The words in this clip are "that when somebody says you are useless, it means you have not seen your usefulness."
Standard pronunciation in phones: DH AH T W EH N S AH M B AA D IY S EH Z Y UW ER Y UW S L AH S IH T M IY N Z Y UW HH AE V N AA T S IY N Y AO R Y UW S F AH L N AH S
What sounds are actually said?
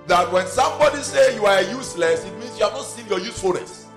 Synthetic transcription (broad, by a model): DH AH T W EH N S AH M B AA D IY S EH Y UW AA Y UW S L AH S IH T M IY N S Y UW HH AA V N AA T S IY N Y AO Y UW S F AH L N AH S